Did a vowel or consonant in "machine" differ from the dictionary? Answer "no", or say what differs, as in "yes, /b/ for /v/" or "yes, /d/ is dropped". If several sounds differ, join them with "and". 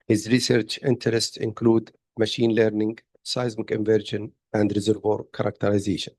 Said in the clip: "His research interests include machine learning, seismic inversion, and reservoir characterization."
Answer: no